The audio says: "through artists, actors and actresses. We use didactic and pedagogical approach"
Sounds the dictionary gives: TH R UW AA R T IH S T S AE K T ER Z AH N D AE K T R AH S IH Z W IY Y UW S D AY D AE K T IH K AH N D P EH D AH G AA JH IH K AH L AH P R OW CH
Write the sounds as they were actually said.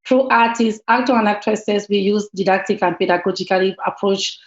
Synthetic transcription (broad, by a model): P R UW AA T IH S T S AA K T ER AH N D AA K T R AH S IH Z W IY Y UW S D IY D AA K T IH K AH N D P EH D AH G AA JH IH K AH L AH P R OW CH